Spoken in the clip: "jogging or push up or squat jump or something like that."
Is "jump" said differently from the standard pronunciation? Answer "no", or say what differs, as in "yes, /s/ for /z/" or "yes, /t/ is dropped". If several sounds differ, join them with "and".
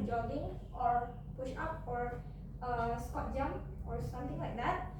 yes, /p/ is dropped